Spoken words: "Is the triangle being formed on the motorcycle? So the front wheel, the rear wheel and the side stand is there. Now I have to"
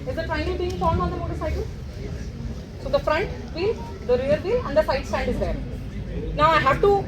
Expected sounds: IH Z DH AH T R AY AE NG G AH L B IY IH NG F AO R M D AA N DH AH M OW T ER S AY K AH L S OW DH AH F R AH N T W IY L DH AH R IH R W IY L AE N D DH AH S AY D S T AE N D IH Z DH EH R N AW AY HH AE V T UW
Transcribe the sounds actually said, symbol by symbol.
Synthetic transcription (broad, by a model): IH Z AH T R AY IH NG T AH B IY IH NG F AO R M AA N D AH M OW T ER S AY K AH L S OW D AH F R AH N T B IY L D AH R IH R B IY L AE N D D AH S AY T S T AE N D IH Z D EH R N AW AY HH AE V T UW